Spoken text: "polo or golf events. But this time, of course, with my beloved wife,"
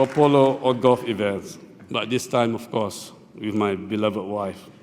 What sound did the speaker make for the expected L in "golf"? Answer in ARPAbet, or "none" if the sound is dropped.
none